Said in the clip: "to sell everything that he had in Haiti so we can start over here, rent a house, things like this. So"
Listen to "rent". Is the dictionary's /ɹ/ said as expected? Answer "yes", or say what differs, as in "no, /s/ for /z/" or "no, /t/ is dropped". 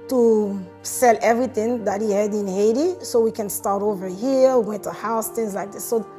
no, /w/ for /ɹ/